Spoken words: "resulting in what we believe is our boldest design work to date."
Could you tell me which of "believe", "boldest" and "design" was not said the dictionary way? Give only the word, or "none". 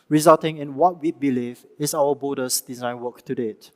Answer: boldest